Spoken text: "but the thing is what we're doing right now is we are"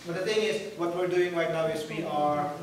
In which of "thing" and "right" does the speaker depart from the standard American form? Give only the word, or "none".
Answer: thing